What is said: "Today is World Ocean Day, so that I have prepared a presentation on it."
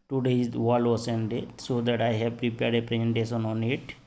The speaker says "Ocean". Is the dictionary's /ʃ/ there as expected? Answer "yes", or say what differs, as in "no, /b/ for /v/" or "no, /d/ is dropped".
no, /s/ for /ʃ/